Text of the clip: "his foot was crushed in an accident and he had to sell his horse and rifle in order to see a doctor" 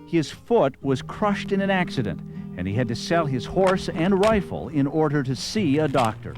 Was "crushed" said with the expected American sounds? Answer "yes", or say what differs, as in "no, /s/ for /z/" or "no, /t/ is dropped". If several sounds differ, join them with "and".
yes